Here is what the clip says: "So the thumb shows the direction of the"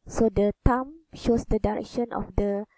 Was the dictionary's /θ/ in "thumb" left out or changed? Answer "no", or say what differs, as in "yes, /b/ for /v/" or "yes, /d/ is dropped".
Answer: yes, /t/ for /θ/